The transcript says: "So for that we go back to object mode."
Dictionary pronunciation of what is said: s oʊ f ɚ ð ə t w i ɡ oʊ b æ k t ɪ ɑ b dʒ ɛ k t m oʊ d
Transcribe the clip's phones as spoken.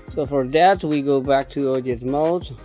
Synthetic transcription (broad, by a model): s oʊ f ɚ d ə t w i ɡ oʊ b æ k t ɪ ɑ dʒ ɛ t m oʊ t